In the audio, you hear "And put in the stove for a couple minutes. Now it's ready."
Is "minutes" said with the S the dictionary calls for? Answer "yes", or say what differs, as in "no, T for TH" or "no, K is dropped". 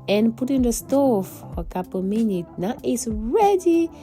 no, S is dropped